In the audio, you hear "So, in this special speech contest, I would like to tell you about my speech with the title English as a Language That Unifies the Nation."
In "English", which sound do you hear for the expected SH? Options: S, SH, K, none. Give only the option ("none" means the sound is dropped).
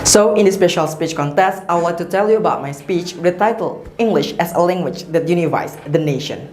SH